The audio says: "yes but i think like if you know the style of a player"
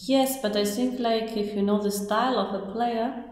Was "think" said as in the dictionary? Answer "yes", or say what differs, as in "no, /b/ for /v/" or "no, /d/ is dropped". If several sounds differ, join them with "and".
no, /s/ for /θ/